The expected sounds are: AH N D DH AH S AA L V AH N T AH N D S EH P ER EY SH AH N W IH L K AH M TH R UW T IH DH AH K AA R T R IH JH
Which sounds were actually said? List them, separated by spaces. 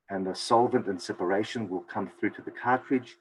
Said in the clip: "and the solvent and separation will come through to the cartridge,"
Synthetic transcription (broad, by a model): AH N DH AH S AA L V AH N T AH N S EH P ER EY SH AH N W IH L K AH M TH R UW T IH DH AH K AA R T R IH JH